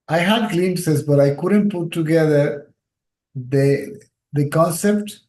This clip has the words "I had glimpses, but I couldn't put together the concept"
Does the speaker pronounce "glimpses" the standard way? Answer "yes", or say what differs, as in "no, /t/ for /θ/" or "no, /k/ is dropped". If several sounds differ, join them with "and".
no, /p/ is dropped